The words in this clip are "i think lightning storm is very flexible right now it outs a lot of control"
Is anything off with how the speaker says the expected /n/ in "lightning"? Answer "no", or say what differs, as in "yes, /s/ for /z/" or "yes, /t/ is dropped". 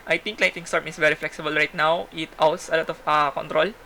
yes, /n/ is dropped